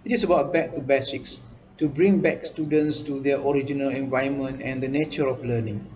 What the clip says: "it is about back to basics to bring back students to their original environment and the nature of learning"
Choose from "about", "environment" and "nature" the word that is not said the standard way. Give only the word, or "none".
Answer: environment